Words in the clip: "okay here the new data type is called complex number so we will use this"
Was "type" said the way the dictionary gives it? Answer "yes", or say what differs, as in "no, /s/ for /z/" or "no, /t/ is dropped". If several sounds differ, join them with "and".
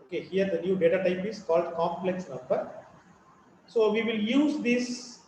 yes